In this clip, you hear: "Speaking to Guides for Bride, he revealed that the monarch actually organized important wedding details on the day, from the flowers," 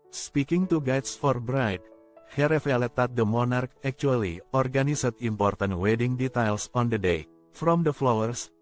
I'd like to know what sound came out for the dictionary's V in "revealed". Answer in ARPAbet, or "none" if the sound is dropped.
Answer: F